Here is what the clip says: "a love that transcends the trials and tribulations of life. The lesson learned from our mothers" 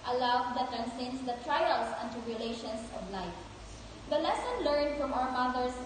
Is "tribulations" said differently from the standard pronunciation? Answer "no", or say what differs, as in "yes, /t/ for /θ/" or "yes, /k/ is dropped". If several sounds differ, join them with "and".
yes, /ɹ/ is dropped and /s/ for /z/